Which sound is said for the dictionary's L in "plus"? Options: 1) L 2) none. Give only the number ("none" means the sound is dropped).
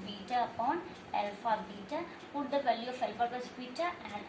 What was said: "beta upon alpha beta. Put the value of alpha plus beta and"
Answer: 2